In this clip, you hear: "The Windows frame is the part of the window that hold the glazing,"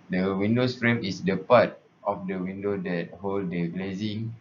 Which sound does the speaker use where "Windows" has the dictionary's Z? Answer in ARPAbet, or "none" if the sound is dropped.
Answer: S